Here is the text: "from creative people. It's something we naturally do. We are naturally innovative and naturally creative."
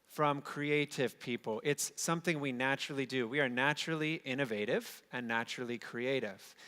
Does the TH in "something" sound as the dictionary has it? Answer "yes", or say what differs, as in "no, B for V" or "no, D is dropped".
yes